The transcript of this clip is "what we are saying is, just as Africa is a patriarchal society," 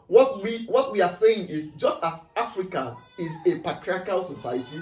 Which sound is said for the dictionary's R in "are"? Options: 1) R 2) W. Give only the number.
2